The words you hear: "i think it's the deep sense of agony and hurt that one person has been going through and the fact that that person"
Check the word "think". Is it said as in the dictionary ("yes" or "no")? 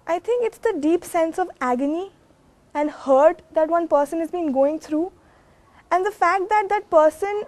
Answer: no